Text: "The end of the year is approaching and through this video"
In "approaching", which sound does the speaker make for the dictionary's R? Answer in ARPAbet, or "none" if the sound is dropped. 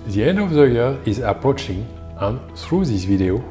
R